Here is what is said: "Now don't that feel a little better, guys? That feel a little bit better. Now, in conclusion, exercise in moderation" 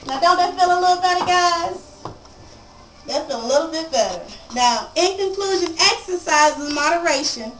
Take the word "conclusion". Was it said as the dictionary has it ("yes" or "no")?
yes